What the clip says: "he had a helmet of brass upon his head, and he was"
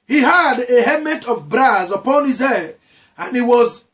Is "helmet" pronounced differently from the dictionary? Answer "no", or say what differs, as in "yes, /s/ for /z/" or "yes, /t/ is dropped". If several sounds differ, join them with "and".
yes, /l/ is dropped